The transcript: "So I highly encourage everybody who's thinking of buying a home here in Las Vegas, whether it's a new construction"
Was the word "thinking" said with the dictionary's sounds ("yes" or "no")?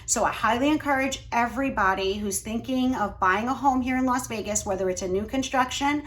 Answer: yes